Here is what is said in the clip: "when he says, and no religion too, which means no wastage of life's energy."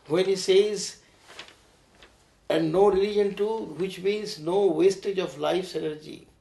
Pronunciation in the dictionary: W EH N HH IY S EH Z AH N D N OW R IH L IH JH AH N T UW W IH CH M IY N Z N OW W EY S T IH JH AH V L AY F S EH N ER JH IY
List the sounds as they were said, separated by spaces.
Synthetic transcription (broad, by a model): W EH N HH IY S EH Z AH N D N OW R IH L IH JH AH N T UW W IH CH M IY Z N OW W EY S T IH JH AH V L AY F S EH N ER JH IY